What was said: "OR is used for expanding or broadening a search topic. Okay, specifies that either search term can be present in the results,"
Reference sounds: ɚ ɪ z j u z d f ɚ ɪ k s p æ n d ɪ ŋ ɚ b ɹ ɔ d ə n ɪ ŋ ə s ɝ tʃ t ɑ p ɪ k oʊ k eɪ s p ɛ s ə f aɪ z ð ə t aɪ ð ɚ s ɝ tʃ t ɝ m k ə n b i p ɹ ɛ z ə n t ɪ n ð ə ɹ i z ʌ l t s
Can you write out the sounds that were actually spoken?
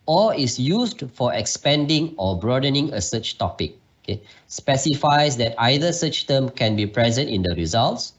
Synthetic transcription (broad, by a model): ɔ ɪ s j u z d f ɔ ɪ k s p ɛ n d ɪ ŋ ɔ b ɹ ɔ d ə n ɪ ŋ ə s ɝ tʃ t ɑ p ɪ k oʊ k eɪ s p ɛ s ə f aɪ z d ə t aɪ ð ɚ s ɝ tʃ t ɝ m k ə n b i p ɹ ɛ z ə n t ɪ n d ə ɹ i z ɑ l t s